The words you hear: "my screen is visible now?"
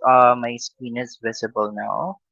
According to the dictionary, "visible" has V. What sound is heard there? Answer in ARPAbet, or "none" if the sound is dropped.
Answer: V